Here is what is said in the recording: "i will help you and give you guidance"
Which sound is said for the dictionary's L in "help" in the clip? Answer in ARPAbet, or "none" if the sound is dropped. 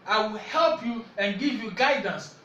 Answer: L